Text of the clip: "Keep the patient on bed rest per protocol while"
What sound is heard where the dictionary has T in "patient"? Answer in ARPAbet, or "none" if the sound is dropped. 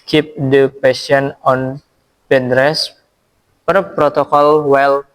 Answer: none